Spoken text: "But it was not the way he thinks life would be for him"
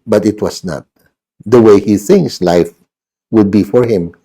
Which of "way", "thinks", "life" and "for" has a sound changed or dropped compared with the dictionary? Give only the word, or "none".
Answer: thinks